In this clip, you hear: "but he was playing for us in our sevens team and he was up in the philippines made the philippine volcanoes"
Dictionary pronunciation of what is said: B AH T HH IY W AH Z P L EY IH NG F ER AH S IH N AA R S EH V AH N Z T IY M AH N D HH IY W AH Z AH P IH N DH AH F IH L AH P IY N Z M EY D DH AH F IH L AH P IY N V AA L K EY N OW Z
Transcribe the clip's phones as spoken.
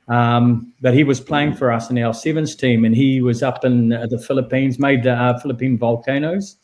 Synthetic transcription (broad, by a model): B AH T HH IY W AH Z P L EY IH NG F ER AH S IH N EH L S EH V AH N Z T IY M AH N IY W AH Z AH P IH N DH AH F IH L AH P IY N Z M EY D DH AH F IH L AH P IY N V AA L K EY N OW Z